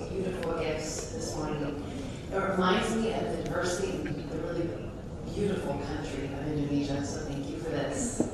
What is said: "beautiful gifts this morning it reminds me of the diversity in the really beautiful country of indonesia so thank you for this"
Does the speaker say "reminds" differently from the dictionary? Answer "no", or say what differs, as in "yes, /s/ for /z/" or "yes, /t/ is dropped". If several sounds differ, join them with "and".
no